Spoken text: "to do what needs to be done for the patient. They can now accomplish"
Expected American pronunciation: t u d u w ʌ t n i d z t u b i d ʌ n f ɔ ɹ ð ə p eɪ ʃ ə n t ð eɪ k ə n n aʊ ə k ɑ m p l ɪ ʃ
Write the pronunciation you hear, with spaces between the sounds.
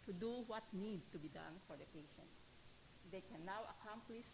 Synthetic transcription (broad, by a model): t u d u w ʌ t n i d t u b i d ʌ n f ɔ ɹ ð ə p eɪ ʃ ə n t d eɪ k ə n n aʊ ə k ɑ m p l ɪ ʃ